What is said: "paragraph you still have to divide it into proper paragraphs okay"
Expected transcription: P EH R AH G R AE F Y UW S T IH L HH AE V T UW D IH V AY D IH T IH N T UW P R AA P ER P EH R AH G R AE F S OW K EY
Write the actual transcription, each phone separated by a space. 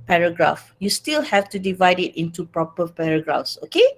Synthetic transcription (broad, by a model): P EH R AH G R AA F Y UW S T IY L HH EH F T UW D IH V AY D IH T IH N T UW P R AA P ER P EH R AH G R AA F S OW K EY